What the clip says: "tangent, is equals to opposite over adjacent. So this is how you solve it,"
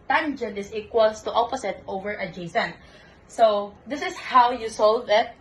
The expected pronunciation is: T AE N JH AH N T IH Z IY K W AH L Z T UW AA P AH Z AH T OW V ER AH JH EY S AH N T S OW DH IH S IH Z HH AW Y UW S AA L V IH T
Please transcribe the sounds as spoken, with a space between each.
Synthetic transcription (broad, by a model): T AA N JH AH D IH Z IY K W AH L S T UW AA P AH S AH T OW V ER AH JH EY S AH N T S OW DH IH S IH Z HH AW Y UW S AA L V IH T